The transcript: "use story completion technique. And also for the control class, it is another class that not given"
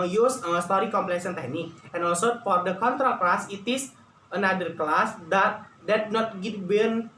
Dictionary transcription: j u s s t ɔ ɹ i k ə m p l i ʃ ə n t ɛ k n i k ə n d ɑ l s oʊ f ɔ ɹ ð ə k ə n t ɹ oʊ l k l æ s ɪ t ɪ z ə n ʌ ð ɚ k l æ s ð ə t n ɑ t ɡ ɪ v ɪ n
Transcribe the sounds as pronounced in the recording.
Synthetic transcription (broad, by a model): j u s s t ɔ ɹ i k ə m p l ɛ s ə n t ɛ k n i k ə n ɑ l s oʊ f ɔ ɹ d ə k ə n t ɹ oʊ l k l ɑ s ɪ t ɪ s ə n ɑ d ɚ k l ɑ s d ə t n ɑ t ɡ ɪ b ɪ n